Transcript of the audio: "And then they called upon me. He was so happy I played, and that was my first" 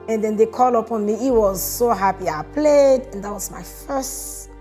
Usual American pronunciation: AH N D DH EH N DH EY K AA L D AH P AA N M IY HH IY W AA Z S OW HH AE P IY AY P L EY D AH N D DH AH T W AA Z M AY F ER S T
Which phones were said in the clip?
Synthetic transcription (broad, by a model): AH N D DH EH N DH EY K AA L AH P AA N M IY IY W AA Z S OW HH AE P IY AY P L EY D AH N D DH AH T W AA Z M AY F ER S T